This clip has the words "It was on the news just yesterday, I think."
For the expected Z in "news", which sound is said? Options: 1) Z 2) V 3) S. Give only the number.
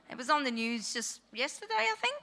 1